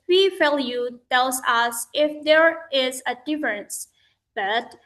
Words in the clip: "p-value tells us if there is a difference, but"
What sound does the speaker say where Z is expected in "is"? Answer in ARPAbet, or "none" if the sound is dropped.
Z